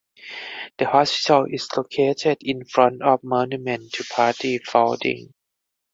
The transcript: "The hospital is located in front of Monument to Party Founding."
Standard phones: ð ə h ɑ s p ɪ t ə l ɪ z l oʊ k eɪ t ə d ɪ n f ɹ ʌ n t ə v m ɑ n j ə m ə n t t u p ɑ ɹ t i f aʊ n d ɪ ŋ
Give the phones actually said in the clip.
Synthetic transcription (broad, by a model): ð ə h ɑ s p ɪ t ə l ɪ s l oʊ k eɪ t ə d ɪ n f ɹ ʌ n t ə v m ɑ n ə m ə n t t u p ɑ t i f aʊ d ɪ ŋ